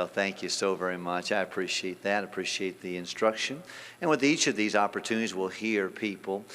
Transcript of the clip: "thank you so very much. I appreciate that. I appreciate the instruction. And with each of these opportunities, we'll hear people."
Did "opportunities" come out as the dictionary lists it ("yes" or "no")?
yes